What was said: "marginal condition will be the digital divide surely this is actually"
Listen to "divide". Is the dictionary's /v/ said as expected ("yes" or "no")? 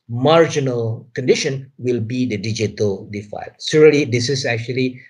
no